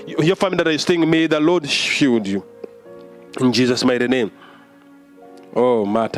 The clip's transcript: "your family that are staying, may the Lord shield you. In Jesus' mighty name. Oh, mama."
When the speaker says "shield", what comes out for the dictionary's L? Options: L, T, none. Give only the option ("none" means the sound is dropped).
none